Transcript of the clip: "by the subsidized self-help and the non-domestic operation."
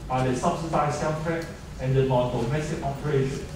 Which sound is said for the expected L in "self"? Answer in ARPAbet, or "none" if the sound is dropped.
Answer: N